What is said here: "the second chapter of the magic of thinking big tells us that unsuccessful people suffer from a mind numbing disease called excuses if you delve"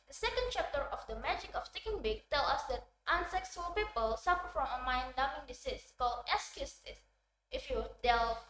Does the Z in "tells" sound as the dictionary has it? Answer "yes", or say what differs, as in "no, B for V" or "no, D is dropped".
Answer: no, Z is dropped